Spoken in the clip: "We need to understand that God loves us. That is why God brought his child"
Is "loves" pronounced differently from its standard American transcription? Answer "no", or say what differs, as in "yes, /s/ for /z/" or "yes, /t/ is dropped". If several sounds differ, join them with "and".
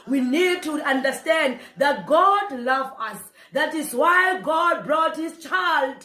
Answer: yes, /z/ is dropped